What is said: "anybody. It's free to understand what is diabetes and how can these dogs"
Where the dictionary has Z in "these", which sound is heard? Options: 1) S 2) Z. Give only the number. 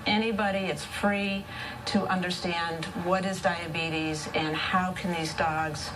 2